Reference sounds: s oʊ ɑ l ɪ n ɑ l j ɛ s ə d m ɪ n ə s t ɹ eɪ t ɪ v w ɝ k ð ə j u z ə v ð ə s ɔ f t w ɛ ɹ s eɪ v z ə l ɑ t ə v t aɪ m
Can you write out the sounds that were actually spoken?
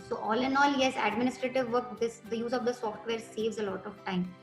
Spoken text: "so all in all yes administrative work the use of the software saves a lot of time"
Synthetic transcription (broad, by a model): s oʊ ɑ l ɪ n ɑ l j ɛ s ə d m ɪ n ə s t ɹ eɪ t ɪ v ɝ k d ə j u z ə v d ə s ɔ f t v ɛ ɹ s eɪ v z ə l ɑ t ə v t aɪ m